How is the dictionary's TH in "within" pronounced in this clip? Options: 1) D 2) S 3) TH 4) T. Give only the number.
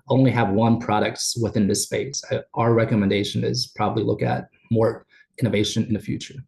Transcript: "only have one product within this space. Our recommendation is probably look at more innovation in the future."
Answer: 3